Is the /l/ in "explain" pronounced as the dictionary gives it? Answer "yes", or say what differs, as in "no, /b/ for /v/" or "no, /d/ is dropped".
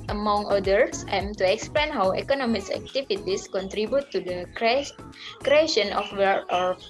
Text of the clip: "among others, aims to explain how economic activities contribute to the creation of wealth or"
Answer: yes